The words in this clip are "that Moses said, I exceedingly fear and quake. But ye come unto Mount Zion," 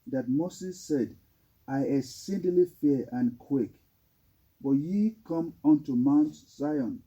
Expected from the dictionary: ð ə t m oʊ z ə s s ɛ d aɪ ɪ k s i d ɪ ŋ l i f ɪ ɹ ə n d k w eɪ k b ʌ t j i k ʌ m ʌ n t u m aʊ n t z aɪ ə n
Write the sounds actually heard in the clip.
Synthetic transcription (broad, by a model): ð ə t m oʊ s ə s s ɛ d aɪ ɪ s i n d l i f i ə n k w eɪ k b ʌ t j i k ʌ m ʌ n t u m aʊ n t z aɪ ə n